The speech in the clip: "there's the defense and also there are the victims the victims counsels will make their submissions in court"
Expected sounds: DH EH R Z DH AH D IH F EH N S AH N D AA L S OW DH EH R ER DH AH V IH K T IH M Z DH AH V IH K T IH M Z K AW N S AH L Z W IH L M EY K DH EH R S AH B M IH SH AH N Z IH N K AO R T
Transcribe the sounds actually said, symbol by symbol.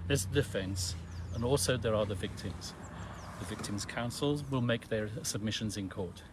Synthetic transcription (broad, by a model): DH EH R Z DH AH D IH F EH N S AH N AA L S OW DH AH R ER DH AH V IH K T IH M Z DH AH V IH K T IH M Z K AW N S AH L Z W IH L M EY K DH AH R S AH B M IH SH AH N Z IH N K AO R T